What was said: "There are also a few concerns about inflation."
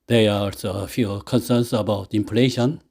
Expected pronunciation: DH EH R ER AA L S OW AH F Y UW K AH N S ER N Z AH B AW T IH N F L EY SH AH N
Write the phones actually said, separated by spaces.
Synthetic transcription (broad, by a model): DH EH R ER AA S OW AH F Y UW K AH N S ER N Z AH B AW T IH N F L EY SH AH N